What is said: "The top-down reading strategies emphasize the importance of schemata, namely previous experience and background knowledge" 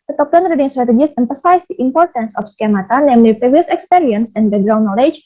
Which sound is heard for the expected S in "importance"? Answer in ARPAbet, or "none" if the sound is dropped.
S